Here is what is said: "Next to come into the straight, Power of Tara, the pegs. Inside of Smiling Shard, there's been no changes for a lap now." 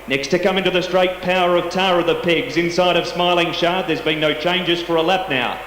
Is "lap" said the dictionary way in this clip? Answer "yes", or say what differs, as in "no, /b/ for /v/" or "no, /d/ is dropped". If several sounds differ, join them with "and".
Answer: yes